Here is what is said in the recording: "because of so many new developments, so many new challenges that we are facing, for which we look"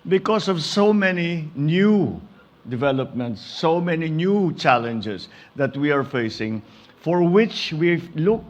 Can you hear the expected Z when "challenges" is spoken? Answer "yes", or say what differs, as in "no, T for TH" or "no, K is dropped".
no, S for Z